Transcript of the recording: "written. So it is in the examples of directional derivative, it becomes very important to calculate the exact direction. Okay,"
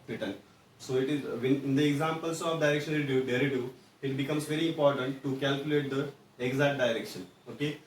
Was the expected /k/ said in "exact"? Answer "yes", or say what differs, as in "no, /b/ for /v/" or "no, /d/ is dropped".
no, /k/ is dropped